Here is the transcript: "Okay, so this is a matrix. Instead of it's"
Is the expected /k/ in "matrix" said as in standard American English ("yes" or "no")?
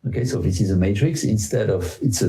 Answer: yes